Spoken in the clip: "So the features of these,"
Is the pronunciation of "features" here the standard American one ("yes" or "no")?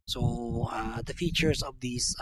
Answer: no